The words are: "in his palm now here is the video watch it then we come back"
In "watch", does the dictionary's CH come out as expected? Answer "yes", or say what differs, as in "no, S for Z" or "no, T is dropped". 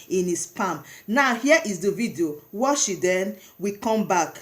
no, SH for CH